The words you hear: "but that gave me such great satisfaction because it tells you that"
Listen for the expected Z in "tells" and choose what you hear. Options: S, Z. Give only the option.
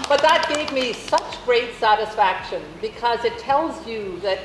Z